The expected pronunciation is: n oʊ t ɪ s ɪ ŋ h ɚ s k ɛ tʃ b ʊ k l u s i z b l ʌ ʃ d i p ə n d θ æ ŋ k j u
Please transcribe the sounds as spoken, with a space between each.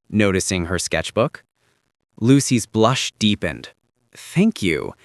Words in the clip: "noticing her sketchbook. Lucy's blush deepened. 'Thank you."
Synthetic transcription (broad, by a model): n oʊ t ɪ s ɪ ŋ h ɚ s k ɛ tʃ b ʊ k l u s i z b l ʌ ʃ d i p ə n d θ æ ŋ k j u